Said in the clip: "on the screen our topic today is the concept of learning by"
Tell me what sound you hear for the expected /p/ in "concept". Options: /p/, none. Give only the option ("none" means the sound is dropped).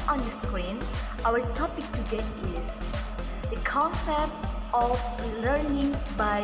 /p/